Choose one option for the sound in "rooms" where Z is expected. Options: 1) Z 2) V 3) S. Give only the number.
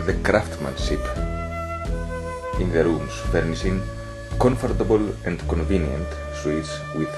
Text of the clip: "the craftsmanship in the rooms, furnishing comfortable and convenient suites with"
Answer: 3